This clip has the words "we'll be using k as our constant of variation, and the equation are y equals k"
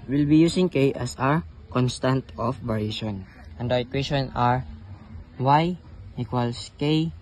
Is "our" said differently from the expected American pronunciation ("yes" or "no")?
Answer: no